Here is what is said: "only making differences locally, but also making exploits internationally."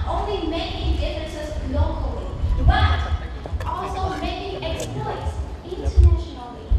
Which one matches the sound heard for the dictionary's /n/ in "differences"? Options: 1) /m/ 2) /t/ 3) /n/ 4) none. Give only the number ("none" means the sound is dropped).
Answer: 4